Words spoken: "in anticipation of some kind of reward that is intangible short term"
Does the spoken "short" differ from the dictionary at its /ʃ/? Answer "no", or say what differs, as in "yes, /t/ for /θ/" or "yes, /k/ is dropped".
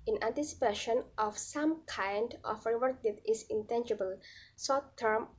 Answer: yes, /s/ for /ʃ/